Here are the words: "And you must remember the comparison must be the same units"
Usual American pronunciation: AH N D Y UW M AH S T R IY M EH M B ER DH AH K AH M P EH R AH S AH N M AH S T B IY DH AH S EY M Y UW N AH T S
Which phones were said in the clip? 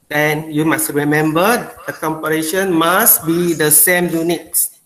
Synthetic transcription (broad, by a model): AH N Y UW M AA S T R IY M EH M B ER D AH K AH M P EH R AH SH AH N M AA S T B IY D AH S EY M Y UW N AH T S